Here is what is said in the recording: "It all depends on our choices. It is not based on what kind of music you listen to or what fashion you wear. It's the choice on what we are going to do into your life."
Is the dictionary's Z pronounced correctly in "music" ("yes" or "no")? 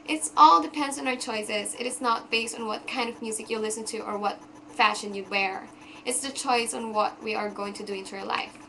yes